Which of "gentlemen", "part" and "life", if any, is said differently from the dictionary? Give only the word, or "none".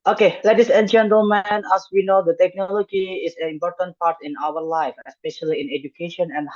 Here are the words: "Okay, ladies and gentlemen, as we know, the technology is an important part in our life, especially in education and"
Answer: gentlemen